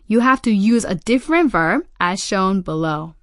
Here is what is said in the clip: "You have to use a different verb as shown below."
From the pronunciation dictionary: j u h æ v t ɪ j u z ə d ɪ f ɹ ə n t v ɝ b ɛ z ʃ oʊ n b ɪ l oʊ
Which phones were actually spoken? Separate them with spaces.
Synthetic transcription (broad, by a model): j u h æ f t ɪ j u z ə d ɪ f ɹ ə n t v ɝ b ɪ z ʃ oʊ n b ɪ l oʊ